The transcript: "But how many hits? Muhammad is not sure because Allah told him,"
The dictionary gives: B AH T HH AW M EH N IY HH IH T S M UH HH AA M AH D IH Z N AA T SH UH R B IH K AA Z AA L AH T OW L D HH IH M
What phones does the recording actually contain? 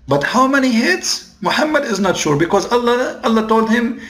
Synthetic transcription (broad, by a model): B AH T HH AW M EH N IY HH IH T S M UH HH AA M AH D IH Z N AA T SH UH R B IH K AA Z AA L AH T OW L D HH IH M